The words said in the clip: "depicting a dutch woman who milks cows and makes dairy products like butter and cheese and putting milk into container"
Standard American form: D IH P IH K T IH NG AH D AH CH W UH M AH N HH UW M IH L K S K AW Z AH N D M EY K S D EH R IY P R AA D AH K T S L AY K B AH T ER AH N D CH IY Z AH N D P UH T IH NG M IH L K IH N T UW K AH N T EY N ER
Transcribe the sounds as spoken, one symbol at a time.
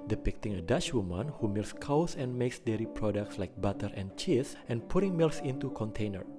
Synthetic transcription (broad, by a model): D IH P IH K T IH NG AH D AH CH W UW M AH N HH UW M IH L S K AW S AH N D M EY K S D EH R IY P R AA D AH K T S L AY K B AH T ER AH N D CH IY S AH N P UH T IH NG M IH L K IH N T UW K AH N T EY N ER